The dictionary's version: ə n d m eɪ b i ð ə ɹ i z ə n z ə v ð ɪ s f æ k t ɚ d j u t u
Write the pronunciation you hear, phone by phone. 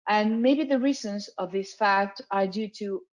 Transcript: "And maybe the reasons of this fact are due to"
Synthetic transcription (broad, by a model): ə n m eɪ b i ð ə ɹ i z ə n z ə v ð ɪ s f æ k t ɚ d j u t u